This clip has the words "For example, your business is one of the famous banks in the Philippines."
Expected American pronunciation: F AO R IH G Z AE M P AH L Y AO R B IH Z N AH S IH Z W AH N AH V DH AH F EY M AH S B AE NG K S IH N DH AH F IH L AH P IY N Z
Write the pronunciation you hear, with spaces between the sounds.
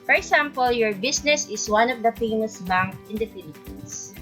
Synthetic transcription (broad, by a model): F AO R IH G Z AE M P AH L Y AO R B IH S N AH S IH S W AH N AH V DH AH F EY M AH S B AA NG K IH N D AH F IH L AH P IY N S